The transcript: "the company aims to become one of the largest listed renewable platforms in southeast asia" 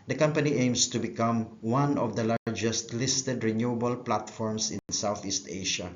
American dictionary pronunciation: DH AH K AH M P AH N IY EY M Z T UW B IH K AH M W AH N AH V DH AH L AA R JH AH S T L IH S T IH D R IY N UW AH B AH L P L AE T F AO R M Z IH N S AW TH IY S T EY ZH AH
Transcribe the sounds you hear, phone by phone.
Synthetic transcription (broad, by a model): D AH K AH M P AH N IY EY M S T UW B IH K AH M W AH N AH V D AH L AA R JH AH S T L IH S T IH D R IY N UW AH B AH L P L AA T F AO R M S IH N S AW TH IY S T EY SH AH